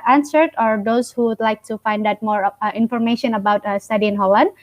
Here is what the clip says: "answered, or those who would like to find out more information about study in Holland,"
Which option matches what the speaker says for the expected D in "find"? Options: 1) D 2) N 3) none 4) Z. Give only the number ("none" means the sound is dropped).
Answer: 1